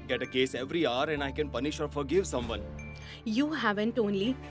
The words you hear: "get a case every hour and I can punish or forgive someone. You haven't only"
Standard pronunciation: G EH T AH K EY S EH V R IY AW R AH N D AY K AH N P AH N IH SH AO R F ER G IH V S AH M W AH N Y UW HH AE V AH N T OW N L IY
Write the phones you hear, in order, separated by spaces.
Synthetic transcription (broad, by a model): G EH T AH K EY S EH V R IY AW R AH N D AY K AH N P AH N IH SH AO R F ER G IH V S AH M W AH N Y UW HH AE V AH N T OW N L IY